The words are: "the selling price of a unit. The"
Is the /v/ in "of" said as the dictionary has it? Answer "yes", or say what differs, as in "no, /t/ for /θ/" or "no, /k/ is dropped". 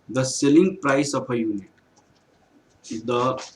no, /p/ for /v/